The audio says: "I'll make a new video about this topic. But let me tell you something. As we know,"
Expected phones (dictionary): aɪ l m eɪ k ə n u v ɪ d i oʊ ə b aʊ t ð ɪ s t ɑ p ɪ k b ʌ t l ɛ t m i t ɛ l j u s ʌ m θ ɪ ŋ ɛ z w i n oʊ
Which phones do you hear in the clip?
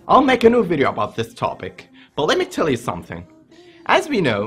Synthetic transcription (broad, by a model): aɪ l m eɪ k ə n u v ɪ d i oʊ ə b aʊ t ð ɪ s t ɑ p ɪ k b ʌ t l ɛ t m i t ɛ l j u s ʌ m θ ɪ ŋ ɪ z w i n oʊ